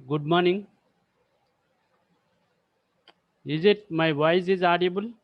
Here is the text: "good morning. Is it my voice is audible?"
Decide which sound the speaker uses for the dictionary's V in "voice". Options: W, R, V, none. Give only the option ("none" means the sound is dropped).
W